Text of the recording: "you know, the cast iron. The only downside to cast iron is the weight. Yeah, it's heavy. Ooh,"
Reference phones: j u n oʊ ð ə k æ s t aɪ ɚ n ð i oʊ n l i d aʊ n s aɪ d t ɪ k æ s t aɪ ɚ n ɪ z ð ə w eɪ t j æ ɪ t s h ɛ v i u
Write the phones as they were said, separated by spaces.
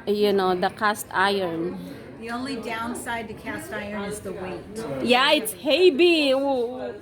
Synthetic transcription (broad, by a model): j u n oʊ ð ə k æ s t aɪ ɚ n ð i oʊ n l i d aʊ n s aɪ d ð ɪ k æ s t aɪ ɚ n ɪ z ð ə w eɪ t j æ ɪ t s h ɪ b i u